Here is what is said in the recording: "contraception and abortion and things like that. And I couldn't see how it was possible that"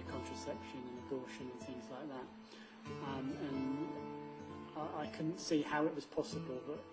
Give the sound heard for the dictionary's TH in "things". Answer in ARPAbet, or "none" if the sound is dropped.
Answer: TH